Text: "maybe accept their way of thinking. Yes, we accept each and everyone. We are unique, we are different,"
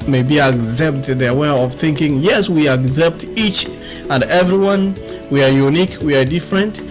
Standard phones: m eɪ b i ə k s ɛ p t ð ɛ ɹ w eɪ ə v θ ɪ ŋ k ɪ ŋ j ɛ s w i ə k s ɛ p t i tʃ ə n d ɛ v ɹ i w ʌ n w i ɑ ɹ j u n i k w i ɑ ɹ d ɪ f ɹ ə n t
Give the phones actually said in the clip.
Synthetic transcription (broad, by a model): m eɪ b i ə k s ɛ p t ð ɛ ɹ w eɪ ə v θ ɪ ŋ k ɪ ŋ j ɛ s w i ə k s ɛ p t i tʃ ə n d ɛ v ɹ i w ʌ n w i ɑ ɹ j u n i k w i ɑ ɹ d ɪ f ɹ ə n t